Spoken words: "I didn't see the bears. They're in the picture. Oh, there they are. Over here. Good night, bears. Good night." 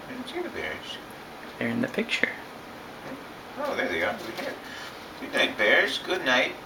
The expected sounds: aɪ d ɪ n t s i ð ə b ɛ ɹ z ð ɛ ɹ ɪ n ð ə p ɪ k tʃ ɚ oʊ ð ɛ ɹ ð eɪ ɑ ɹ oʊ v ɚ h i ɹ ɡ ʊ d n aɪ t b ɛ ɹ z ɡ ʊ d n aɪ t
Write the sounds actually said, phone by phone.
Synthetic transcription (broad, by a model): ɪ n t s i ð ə b ɛ ɹ z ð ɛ ɹ ɪ n ð ə p ɪ k tʃ ɚ oʊ ð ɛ ɹ ð eɪ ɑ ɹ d w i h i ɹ ɡ ʊ d n aɪ t b ɛ ɹ z ɡ ʊ d n aɪ t